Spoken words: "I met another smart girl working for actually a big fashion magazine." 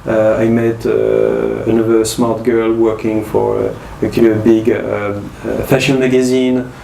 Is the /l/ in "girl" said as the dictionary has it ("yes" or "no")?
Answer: yes